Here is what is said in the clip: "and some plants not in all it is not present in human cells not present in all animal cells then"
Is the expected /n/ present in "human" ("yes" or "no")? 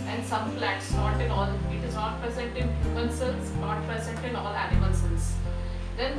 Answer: no